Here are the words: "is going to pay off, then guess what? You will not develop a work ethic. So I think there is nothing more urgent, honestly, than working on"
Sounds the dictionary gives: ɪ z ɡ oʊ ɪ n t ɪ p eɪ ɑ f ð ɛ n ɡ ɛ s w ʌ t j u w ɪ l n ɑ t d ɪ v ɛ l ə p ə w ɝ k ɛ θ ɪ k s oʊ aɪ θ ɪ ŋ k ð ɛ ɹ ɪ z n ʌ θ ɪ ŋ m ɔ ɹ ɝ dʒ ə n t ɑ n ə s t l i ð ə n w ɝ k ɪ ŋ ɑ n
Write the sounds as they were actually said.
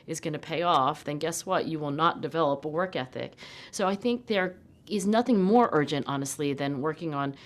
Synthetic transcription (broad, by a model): ɪ z ɡ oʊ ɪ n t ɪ p eɪ ɑ f ð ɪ n ɡ ɛ s w ʌ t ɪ w ɪ l n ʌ t d ɪ v ɛ l ə p ə w ɝ k ɛ θ ɪ k s oʊ aɪ θ ɪ ŋ k ð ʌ ɹ ɪ z n ʌ θ ɪ ŋ m ɔ ɹ ɝ dʒ ə n t ɑ n ə s t l i ð ə n w ɝ k ɪ ŋ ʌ n